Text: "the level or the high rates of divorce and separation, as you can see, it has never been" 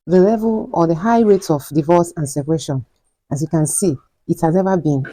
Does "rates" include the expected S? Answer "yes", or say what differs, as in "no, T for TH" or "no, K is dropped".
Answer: no, S is dropped